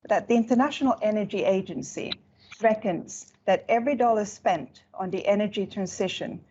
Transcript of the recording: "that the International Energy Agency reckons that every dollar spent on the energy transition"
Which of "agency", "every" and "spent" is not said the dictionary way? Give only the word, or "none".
none